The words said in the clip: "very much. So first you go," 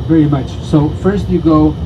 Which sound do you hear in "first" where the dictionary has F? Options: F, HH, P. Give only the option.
F